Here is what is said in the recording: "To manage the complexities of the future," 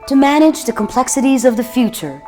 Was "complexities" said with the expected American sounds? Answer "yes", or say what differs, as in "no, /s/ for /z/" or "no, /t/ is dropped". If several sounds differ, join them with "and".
yes